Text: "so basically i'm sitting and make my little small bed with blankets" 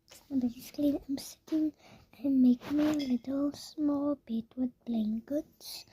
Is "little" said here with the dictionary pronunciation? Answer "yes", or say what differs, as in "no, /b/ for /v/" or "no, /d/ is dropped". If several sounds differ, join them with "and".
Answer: yes